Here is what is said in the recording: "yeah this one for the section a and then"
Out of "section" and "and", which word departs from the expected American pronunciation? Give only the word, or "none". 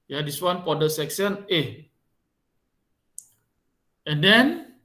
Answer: section